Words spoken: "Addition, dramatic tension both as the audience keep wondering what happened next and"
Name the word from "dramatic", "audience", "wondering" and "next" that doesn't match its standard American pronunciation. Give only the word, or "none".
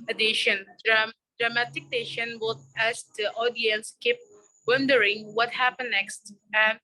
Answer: none